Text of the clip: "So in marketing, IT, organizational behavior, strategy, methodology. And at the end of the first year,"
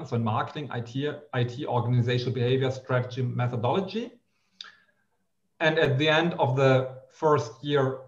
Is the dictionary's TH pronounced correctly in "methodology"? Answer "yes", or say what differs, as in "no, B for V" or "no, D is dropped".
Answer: yes